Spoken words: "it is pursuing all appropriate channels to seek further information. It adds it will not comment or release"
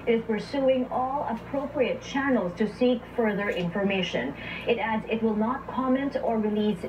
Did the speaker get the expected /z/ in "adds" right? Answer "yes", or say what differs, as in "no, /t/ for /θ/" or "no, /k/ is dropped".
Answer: yes